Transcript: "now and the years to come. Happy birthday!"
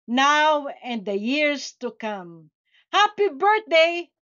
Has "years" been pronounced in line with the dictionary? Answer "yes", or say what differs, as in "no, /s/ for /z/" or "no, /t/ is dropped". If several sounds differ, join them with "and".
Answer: no, /s/ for /z/